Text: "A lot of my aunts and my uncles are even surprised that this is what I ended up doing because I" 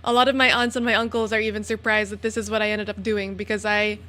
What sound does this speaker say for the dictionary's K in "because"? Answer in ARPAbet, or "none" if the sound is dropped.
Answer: K